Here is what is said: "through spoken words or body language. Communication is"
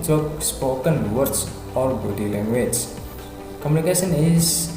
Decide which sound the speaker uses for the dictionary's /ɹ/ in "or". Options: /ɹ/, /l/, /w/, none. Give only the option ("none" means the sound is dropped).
/l/